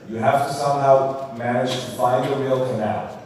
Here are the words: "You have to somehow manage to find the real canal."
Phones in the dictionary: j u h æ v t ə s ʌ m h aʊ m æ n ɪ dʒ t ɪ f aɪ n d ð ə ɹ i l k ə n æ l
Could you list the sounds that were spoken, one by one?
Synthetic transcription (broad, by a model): j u h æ f t ə s ʌ m h aʊ m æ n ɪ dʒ t ɪ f aɪ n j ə ɹ i l k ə n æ l